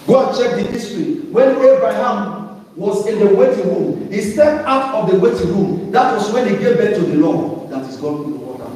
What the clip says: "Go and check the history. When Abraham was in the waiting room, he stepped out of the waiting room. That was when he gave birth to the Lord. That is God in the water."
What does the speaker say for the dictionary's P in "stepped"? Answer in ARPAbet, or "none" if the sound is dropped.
none